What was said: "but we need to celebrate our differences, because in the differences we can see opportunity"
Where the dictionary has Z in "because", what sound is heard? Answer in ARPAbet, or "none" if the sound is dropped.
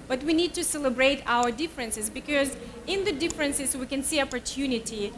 Z